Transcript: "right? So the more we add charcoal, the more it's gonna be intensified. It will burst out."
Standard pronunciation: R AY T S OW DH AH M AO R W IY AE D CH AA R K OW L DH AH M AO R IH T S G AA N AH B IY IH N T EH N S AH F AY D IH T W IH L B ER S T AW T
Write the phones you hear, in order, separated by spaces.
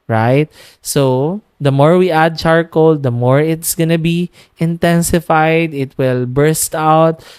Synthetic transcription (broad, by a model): R AY T S OW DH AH M AO R W IY AE D CH AA R K OW L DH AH M AO R IH T S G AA N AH B IY IH N T EH N S AH F AY D IH T W IH L B ER S T AW T